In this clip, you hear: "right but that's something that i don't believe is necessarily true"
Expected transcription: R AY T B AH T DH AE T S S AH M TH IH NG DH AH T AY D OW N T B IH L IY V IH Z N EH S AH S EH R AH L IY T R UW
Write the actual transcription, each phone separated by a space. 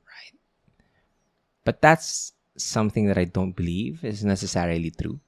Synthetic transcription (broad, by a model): R AY T B AH T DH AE T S S AH M TH IH NG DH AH T AY D OW N T B IH L IY V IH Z N EH S AH S EH R AH L IY T R UW